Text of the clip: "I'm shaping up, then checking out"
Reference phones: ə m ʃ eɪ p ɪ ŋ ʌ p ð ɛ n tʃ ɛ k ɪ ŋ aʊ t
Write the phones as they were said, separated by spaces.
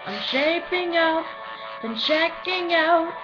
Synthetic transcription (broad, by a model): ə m ʃ eɪ p ɪ ŋ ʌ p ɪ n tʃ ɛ k ɪ ŋ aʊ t